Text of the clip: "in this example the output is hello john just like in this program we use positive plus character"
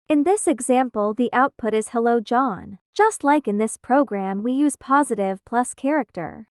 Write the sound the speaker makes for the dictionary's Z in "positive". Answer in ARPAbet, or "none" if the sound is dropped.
Z